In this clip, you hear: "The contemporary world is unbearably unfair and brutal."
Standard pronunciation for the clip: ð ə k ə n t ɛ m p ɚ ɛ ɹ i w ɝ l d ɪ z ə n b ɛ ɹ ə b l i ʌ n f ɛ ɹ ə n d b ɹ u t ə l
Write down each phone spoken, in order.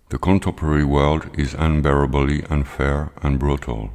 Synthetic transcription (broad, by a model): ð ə k ə n t ɛ m p ɚ ɛ ɹ i w ɝ l d ɪ z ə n b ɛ ɹ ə b l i ʌ n f ɛ ɹ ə n b ɹ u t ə l